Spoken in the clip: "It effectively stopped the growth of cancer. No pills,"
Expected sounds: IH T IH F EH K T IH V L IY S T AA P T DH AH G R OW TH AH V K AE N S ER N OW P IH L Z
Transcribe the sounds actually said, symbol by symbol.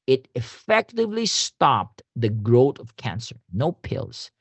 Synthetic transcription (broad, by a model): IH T IH F EH K T IH V L IY S T AA P T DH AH G R OW T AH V K AE N S ER N OW P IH L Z